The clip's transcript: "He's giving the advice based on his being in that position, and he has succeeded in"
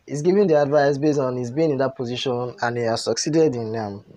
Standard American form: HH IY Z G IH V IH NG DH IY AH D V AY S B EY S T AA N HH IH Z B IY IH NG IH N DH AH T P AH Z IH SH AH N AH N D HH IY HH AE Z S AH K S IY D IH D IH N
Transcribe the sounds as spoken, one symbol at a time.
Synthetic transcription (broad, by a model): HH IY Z G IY V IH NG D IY AH D V AY S B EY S AA N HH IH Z B IY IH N IH N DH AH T P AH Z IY SH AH N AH N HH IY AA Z S AH K S IY D IH D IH N